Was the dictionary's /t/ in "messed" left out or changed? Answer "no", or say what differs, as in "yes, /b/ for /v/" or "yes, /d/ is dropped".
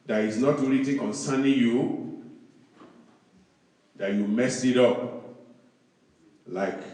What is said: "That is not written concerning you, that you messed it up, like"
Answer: yes, /t/ is dropped